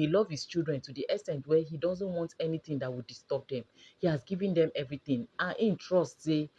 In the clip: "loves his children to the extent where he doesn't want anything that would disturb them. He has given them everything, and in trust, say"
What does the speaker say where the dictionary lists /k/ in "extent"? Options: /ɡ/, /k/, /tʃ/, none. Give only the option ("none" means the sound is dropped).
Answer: none